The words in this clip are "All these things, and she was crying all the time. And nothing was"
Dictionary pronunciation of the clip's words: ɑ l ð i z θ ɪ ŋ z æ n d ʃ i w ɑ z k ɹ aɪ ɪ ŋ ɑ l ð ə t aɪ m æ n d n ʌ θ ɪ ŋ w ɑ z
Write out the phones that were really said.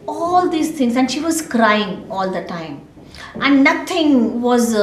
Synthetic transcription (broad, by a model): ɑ l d i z t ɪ ŋ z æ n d ʃ i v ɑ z k ɹ aɪ ɪ ŋ ɑ l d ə t aɪ m æ n d n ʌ t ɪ ŋ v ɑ z